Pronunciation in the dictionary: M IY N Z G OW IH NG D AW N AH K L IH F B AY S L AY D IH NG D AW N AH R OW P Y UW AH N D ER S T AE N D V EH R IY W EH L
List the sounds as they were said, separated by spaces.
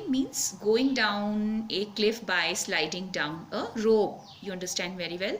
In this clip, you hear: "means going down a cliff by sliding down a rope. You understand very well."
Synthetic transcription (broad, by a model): M IY N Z G OW IH NG D AW N AH K L IH F B AY S L AY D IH NG D AW N AH R OW B Y UW AH N D ER S T AE N D V EH R IY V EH L